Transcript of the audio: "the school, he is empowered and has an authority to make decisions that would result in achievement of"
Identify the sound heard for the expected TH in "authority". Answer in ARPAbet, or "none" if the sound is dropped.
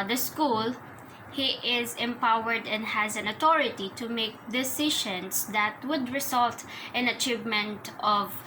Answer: T